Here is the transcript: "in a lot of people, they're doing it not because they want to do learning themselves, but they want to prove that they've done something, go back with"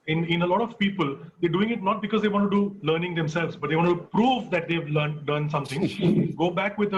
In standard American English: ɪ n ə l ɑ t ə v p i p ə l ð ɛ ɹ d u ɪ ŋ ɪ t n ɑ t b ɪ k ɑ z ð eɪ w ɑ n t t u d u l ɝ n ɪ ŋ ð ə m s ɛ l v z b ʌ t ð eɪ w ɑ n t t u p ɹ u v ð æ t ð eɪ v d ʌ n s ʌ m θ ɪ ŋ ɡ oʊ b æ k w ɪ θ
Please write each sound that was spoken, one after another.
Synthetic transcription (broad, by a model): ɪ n ə l ɑ t ə v p i p ə l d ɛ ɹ d u ɪ ŋ ɪ t n ɑ t b ɪ k ɑ z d eɪ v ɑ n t t u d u l ɝ n ɪ ŋ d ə m s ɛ l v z b ʌ t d eɪ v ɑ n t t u p ɹ u v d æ t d eɪ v d ʌ n s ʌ m t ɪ ŋ ɡ oʊ b æ k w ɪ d